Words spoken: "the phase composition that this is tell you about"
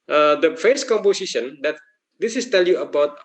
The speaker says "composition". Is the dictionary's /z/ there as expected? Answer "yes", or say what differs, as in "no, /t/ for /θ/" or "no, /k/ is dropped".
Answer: no, /s/ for /z/